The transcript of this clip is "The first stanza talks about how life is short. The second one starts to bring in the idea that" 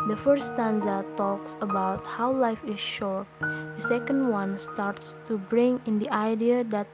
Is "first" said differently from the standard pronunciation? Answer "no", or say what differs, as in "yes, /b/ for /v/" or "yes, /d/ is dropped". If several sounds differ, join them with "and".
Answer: yes, /s/ is dropped